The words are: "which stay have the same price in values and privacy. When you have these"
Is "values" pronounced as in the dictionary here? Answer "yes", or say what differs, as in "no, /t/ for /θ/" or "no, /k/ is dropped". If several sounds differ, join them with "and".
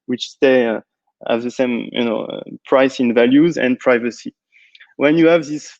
yes